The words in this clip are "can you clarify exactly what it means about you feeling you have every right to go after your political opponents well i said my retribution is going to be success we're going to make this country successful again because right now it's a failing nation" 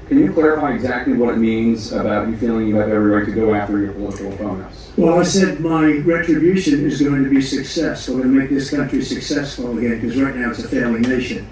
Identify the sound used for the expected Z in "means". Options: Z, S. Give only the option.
Z